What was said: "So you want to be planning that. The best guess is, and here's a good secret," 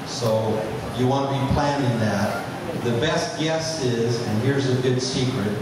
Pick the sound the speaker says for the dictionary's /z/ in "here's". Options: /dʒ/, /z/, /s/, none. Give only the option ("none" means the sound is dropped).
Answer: /z/